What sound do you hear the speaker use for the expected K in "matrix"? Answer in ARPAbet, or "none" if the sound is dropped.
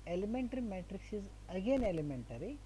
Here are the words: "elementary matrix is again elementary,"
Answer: K